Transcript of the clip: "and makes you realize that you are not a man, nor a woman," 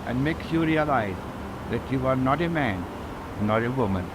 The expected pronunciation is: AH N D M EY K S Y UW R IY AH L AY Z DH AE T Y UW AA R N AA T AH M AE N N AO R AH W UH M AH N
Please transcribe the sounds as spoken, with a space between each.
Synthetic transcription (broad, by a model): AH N D M EY K S Y UW R IY AH L AY Z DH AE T Y UW AA R N AA T AH M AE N N AO R AH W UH M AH N